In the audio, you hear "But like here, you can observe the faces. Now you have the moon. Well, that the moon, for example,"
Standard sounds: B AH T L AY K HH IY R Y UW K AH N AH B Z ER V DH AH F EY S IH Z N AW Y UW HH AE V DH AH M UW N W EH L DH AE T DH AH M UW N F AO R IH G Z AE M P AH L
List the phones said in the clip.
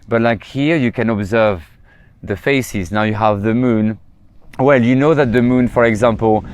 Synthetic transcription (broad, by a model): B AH T L AY K HH IY R Y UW K AH N AH B Z ER V DH AH F EY S IH Z N AW Y UW HH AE V DH AH M UW N W EH L DH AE T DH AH M UW N F AO R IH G Z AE M P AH L